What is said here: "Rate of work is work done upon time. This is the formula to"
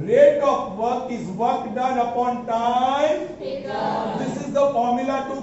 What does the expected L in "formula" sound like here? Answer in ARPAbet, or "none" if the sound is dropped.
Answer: L